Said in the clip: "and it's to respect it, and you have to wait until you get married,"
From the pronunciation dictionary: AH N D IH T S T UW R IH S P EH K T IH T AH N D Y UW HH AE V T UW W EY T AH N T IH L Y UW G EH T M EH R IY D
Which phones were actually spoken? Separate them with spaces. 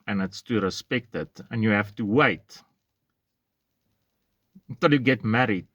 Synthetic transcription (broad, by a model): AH N IH T S T UW R IH S P EH K T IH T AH N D Y UW HH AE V T UW W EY AH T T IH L Y UW G EH T M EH R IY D